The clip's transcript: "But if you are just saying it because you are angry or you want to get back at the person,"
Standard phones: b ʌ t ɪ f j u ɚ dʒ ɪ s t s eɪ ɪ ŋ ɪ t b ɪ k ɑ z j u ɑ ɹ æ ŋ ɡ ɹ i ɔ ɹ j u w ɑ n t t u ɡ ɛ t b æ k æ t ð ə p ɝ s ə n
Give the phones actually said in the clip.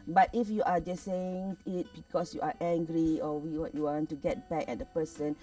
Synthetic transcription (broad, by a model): b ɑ t ɪ f j u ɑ dʒ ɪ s s eɪ ɪ ŋ ɪ t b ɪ k ɑ s j u ɑ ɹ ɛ ŋ ɡ ɹ i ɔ w j u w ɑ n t t u ɡ ɛ t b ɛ k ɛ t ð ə p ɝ s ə n